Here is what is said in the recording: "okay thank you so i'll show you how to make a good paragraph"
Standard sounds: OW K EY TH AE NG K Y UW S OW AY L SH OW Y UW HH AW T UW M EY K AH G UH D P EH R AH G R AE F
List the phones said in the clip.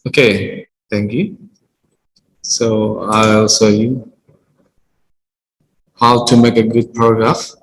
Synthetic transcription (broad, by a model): OW K EY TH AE NG K Y UW S OW AY L S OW Y UW HH AW T UW M EY K AH G UH D P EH R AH G R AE F